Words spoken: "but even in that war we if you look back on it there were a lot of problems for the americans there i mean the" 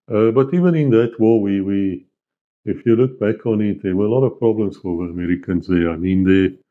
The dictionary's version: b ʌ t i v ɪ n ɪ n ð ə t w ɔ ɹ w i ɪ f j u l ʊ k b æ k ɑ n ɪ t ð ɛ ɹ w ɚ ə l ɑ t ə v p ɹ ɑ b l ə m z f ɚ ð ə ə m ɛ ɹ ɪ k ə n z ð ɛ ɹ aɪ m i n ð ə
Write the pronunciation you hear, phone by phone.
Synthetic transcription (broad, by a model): b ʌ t i v ɪ n ɪ n ð ə t w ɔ w w i ɪ f j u l ʊ k b æ k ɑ n ɪ t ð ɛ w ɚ ə l ɑ t ə v p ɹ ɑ b l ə m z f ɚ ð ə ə m ɛ ɹ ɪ k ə n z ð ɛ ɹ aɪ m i n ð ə